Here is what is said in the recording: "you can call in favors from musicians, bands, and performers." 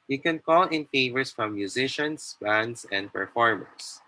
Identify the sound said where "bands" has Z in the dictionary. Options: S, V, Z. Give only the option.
S